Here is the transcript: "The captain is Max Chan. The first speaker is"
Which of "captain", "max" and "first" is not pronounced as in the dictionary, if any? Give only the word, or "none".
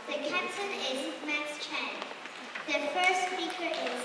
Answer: captain